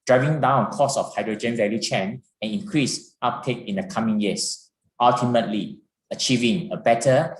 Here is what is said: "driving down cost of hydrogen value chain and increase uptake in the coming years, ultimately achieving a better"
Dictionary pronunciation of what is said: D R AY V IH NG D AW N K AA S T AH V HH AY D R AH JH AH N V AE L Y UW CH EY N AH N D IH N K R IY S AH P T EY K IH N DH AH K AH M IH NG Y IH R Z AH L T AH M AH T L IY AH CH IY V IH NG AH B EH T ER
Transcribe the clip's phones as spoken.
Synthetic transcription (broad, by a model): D R AY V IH NG D AW N K AA S AH F HH AY D R AH JH AH N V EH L Y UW CH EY N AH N IH N K R IY S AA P T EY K IH N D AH K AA M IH NG Y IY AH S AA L T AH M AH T L IY AH CH IY V IH NG AH B EH T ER